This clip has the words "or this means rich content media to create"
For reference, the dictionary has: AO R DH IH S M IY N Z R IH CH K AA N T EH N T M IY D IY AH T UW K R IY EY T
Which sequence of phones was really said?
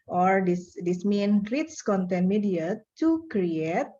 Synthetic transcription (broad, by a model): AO R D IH S M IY N R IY S K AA N T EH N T M IY D IY AH T UW K R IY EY T